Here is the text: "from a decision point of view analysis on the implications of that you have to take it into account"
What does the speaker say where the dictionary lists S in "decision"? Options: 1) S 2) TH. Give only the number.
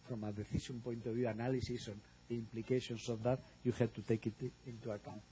2